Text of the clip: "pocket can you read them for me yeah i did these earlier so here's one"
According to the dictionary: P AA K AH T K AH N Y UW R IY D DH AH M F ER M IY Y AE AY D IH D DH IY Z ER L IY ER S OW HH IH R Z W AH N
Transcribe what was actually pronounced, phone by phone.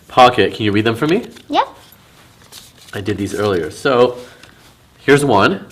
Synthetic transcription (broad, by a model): P AA K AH T K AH N Y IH R IY D DH AH M F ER M IY Y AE AY D IH D DH IY Z ER L IY ER S OW HH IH R Z W AH N